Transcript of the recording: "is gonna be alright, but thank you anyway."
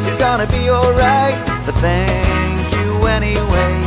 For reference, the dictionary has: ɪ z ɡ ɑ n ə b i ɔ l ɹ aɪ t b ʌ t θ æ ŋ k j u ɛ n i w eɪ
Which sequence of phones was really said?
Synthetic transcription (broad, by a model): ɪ z ɡ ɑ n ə b i ɔ l ɹ aɪ t b ʌ t θ æ ŋ k j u ɛ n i w eɪ